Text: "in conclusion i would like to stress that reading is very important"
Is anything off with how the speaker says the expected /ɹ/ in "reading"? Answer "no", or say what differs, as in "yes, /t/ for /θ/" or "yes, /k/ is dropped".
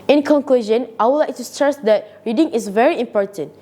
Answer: no